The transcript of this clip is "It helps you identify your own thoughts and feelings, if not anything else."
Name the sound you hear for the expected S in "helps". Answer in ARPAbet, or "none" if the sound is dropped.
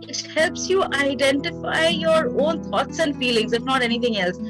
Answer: S